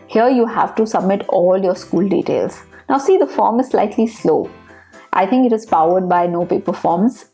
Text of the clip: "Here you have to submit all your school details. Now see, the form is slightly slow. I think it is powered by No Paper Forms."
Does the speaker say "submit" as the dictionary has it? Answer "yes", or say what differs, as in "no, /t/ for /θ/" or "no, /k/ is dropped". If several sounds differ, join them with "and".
yes